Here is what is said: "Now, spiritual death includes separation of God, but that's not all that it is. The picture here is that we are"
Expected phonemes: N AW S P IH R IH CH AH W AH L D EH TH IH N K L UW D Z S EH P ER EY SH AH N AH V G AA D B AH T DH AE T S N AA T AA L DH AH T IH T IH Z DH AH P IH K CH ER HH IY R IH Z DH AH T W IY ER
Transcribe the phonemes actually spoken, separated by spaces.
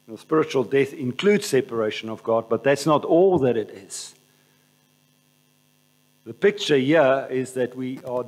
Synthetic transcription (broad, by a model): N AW S P IH R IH CH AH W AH L D EH TH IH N K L UW D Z S EH P ER EY SH AH N AH V G AA D B AH T DH AE T S N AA T AA L DH AH T IH T IH Z DH AH P IH K CH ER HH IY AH IH Z DH AH T W IY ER